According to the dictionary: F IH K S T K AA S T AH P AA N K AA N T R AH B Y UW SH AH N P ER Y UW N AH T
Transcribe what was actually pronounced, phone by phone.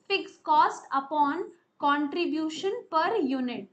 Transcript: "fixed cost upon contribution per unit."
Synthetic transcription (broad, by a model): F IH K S K AA S T AH P AA N K AA N T R AH B Y UW SH AH N P ER Y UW N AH T